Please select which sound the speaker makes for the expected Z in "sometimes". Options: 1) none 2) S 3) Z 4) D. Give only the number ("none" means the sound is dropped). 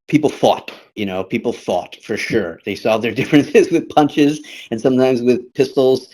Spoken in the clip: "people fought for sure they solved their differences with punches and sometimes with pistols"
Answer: 3